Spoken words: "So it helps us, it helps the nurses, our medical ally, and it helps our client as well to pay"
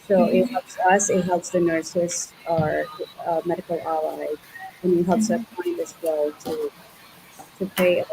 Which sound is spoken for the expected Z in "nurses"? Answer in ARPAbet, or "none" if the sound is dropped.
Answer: S